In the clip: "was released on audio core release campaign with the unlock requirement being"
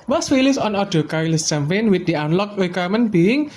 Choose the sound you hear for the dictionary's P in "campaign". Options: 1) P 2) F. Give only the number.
2